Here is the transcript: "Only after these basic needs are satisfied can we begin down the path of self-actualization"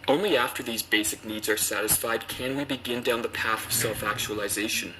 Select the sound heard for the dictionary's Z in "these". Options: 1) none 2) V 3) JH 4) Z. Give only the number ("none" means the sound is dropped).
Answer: 4